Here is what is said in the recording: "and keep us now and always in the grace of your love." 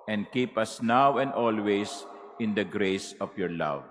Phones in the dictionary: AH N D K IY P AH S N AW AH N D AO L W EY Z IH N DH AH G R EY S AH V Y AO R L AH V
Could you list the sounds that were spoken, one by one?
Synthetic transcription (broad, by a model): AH N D K IY P AH S N AW AH N D AO L W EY S IH N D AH G R EY S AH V Y AO R L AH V